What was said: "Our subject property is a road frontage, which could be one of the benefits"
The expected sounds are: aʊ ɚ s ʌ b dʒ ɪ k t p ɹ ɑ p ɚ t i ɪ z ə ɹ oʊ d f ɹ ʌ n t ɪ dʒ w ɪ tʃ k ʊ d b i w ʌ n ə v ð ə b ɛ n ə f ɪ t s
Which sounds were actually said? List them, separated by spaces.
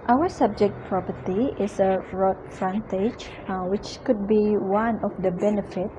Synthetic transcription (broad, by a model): aʊ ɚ s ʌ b dʒ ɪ k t p ɹ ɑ p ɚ t i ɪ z ə ɹ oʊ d f ɹ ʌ n t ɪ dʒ w ɪ tʃ k ʊ d b i w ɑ n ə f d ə b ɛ n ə f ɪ t